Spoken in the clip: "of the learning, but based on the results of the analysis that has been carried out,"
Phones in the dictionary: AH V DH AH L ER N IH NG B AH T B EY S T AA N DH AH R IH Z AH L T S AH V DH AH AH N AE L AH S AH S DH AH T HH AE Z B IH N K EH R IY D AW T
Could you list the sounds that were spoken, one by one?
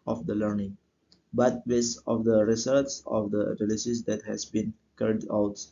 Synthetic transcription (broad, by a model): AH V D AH L ER N IH NG B AH T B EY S AA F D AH R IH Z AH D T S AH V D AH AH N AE L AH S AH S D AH T HH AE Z B IH N K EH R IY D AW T